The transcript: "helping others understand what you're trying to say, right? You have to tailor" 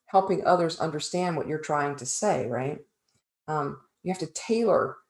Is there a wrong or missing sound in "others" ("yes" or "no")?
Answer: no